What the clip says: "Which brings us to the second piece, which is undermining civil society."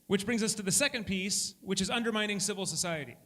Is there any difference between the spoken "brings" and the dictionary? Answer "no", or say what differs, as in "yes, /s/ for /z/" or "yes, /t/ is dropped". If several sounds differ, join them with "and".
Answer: no